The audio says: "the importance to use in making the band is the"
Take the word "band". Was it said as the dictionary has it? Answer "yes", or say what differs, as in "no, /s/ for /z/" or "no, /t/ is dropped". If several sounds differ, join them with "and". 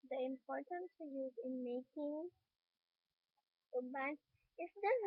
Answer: no, /d/ is dropped